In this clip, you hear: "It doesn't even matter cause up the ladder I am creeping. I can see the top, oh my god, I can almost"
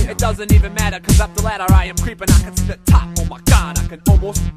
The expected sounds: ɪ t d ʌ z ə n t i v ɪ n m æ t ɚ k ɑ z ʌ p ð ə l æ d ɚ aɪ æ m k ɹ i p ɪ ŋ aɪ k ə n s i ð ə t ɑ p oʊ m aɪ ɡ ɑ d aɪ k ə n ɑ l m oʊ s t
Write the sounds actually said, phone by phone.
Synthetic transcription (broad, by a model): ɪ t d ʌ z ə n t i v ɪ n m æ t ɚ k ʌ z ʌ p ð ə l æ d ɚ aɪ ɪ m k ɹ i p ɪ ŋ aɪ k ə n s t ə t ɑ f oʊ m aɪ ɡ ɑ d aɪ k ə n ɑ l m oʊ s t